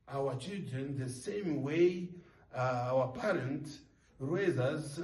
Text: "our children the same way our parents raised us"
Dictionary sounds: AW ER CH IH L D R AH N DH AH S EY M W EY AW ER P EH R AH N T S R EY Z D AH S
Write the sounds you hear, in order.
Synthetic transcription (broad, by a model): AW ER CH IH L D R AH N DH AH S EY M W EY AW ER P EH R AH N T R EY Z AH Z